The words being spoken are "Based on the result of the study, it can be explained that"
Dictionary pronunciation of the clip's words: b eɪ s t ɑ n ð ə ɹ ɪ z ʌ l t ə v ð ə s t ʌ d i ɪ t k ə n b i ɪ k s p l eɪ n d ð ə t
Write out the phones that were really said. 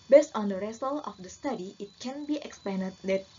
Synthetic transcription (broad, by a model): b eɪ s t ɑ n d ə ɹ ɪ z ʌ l ə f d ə s t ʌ d i ɪ t k ə n b i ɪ k s p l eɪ n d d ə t